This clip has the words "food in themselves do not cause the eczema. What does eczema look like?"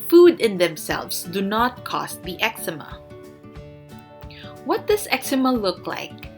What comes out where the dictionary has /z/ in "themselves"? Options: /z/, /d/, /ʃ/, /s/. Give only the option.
/s/